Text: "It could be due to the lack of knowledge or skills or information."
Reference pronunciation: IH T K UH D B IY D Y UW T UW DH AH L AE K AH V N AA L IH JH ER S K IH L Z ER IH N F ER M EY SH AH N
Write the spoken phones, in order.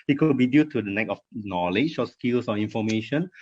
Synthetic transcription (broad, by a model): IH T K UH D B IY D Y UW T UW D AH N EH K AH F N AA L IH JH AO S K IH L S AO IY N F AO M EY SH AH N